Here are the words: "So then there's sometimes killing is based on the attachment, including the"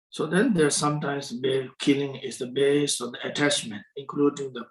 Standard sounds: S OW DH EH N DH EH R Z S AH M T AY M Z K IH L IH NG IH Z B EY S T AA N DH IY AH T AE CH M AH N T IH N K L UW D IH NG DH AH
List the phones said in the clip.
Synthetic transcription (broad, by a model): S OW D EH N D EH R S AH M T AY M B K IH L IH NG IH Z B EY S AA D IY AH T AE CH M AH N T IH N K L UW D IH NG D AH